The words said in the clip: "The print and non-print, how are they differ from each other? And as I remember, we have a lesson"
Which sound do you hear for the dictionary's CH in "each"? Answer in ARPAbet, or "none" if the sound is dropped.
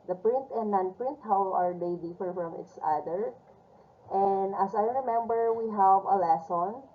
S